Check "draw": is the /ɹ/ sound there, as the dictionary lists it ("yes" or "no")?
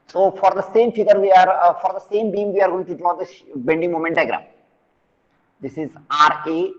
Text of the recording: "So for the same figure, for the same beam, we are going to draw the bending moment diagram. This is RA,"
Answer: no